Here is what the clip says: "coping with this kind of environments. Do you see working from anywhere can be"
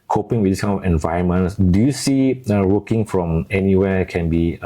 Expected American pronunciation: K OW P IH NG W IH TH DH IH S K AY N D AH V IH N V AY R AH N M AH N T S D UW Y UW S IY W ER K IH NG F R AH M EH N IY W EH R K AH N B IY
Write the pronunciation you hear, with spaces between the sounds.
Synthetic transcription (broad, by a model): K OW P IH NG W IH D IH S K AY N AH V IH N V AY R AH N M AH N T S D UW Y UW S IY W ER K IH NG F R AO M EH N IY W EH K AH N B IY